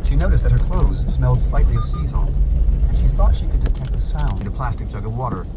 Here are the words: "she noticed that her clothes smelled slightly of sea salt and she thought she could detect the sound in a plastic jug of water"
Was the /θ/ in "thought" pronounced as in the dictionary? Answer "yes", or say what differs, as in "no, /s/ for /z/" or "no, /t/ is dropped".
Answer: yes